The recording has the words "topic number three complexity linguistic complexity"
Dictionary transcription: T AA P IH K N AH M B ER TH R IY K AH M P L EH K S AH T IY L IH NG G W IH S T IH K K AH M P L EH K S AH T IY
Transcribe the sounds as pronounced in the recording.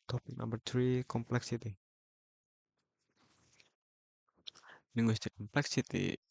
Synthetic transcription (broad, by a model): T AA P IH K L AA B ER T R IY K AH M P L EH K S AH T IY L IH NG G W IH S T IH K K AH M P L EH K S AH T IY